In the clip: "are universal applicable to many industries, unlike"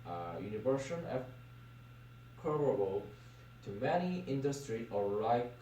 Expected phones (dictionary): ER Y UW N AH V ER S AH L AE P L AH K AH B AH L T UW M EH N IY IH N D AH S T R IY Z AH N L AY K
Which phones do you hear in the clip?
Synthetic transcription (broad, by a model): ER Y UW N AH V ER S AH N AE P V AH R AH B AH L T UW M EH N IY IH N D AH S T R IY AH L AY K